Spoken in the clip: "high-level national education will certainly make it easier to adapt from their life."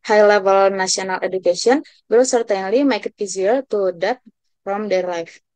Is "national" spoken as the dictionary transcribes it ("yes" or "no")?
no